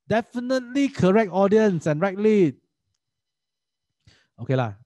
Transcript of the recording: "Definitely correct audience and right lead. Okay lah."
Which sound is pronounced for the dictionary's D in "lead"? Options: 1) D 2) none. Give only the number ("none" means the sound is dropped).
2